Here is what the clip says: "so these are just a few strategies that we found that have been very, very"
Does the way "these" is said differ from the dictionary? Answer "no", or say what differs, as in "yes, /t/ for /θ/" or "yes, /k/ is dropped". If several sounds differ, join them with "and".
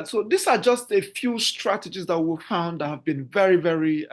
yes, /s/ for /z/